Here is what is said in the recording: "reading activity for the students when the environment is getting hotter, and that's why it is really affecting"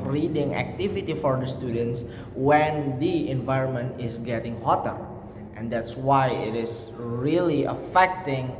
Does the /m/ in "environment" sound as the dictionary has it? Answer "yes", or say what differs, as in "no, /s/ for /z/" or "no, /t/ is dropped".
yes